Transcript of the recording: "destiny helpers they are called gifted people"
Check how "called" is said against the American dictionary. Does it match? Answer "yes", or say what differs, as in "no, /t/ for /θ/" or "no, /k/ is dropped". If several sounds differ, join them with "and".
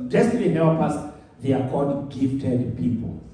no, /l/ is dropped